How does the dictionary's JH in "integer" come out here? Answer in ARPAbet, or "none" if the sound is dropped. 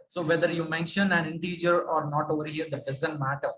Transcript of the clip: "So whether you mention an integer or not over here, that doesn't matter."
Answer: JH